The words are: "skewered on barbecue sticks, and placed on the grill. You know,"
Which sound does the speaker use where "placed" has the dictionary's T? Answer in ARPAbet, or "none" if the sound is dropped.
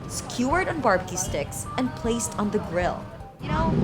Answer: T